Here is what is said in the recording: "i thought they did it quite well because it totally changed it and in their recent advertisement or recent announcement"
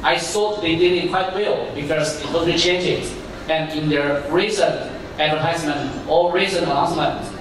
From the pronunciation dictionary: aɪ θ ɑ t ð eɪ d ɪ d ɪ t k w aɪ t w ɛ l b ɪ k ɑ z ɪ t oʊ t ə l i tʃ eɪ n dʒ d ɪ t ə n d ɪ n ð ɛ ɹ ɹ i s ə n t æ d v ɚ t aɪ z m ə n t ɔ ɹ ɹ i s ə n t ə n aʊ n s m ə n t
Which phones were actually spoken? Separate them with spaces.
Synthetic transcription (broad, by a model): aɪ s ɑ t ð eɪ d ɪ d ɪ t k w aɪ t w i l b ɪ k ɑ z ɪ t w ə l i tʃ eɪ n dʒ ɪ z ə n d ɪ n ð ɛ ɹ ɹ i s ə n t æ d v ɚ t aɪ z m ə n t ɔ l ɹ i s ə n ə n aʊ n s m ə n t